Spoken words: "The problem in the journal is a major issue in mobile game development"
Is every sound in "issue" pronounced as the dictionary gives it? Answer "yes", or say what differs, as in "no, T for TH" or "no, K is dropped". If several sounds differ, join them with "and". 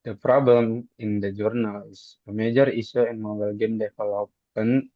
no, S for SH